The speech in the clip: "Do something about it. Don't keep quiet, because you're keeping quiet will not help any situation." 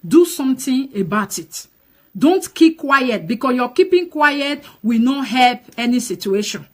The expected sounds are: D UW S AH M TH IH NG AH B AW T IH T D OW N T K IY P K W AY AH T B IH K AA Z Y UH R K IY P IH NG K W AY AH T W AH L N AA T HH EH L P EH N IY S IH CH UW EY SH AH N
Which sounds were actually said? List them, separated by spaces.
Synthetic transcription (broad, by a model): D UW S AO M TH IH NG AH B AW T IH T D OW N T K IY P K W AY AH T B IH K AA S Y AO K IY P IH NG K W AY AH T W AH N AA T HH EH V EH N IY S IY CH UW EY SH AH N